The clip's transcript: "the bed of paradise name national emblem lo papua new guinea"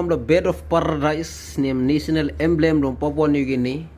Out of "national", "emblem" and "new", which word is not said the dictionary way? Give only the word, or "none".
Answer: national